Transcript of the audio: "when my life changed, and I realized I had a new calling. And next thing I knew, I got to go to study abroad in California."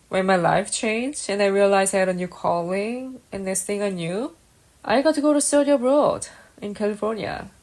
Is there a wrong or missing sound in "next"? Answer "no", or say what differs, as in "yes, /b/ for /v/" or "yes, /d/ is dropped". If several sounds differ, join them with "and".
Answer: yes, /k/ is dropped